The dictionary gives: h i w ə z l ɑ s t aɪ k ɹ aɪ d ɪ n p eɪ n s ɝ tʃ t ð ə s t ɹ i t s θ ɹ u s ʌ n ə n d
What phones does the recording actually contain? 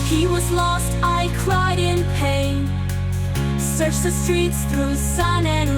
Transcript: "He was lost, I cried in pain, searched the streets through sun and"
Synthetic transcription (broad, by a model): h i w ə z l ɑ s t aɪ k ɹ aɪ d ɪ n p eɪ n s ɝ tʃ ð ə s t ɹ i t s θ ɹ u s ʌ n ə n